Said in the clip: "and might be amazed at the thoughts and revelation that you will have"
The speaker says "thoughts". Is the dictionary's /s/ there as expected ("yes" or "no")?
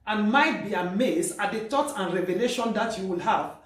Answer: no